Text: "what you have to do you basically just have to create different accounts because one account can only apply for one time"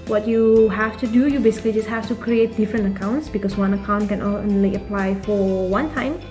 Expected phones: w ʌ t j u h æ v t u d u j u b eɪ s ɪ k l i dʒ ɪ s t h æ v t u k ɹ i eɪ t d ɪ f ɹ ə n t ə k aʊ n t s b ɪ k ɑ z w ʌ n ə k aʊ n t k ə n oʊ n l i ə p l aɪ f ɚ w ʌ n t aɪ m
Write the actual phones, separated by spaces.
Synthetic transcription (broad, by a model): w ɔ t j u h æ f t u d u j u b eɪ s ɪ k l i dʒ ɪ s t h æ f t u k ɹ i eɪ t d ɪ f ɹ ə n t ə k aʊ n t s b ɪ k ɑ s w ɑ n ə k aʊ n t k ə n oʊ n l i ə p l aɪ f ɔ w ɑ n t aɪ m